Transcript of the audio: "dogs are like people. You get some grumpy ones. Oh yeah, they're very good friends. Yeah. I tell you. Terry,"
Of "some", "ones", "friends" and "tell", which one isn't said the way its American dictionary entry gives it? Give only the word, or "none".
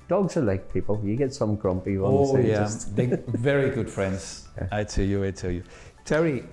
ones